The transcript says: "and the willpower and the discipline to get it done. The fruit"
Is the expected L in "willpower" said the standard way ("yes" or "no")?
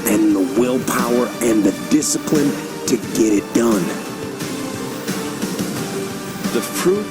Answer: yes